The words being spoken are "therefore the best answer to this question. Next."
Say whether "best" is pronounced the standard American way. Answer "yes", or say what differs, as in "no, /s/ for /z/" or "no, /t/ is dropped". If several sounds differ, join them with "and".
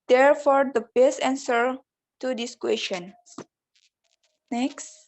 no, /t/ is dropped